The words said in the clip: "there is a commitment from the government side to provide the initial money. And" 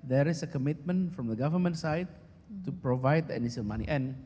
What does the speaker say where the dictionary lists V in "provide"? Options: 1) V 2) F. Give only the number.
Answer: 1